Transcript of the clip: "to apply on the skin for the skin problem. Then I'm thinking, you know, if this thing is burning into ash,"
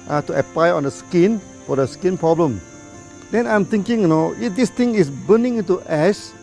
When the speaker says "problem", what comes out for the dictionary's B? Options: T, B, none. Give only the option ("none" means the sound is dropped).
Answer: B